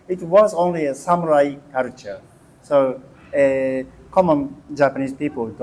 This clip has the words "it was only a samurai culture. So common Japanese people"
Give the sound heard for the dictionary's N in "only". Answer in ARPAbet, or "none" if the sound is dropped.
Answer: N